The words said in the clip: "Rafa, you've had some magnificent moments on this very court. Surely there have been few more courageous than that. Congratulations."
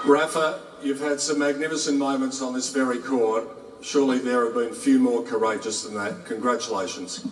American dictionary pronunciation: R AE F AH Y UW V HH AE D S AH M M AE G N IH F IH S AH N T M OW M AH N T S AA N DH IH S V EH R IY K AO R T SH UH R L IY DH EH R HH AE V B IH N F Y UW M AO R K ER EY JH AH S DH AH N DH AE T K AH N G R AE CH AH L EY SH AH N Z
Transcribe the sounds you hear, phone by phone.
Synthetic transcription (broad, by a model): R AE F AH Y UW V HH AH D S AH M M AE G N IH F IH S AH N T M OW M AH N T S N DH IH S V EH R IY K AO R T SH UH R L IY DH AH R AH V B IH N F Y UW M AO R K ER EY JH AH S DH AH N DH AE T K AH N G R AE CH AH L EY SH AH N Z